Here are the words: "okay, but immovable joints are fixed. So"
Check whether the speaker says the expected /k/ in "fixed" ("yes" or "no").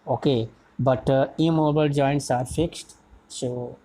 yes